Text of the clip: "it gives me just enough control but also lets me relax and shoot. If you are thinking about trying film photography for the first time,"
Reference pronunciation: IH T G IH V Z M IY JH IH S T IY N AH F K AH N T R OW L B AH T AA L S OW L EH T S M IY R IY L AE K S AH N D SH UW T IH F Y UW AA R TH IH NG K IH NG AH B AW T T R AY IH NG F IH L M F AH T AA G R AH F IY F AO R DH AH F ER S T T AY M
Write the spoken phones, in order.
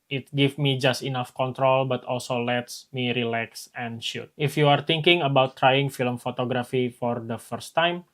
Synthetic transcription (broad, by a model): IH T G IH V M IY JH IH S T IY N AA F K AH N T R OW L B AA T AA L S OW L EH T S M IY R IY L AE K S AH N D SH UW T IH F Y UW AA R T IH NG K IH NG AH B AW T T R AY IH NG F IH L M F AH T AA G R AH F IY F AO R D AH F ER S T T AY M